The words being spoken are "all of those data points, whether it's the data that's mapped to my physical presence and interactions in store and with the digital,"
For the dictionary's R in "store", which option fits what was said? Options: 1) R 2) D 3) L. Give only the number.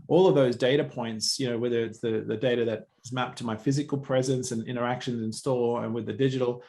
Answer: 3